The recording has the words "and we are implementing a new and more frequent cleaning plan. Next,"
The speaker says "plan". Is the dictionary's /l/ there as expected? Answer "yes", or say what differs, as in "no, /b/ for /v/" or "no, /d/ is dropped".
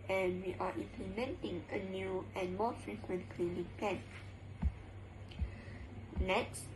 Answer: no, /l/ is dropped